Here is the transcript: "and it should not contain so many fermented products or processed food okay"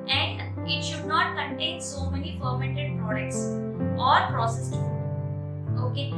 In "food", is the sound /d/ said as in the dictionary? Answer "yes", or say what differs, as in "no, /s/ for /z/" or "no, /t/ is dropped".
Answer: no, /d/ is dropped